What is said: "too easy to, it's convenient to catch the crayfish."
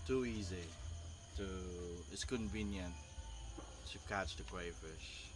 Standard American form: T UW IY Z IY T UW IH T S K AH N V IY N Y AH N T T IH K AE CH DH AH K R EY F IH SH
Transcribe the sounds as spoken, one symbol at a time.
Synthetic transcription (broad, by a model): T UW IY Z IY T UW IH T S K AH N V IY N Y AH N T T IH K AE CH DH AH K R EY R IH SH